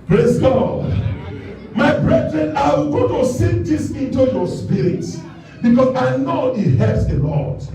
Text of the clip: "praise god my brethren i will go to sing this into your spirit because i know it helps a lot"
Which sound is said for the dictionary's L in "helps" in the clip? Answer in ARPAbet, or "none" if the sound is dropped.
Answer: none